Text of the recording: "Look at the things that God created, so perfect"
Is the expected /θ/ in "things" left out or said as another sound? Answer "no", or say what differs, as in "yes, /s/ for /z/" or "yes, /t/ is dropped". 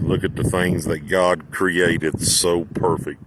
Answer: no